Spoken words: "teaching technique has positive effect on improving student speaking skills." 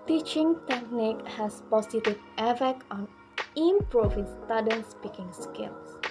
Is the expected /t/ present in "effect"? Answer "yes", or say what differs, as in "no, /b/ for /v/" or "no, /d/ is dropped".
no, /t/ is dropped